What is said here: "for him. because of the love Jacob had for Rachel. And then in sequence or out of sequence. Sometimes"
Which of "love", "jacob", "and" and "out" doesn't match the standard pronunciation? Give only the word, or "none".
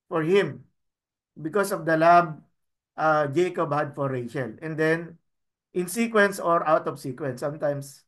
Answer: love